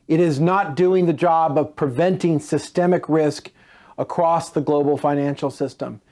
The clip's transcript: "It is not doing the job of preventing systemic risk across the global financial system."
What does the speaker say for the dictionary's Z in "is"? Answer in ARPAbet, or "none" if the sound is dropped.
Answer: Z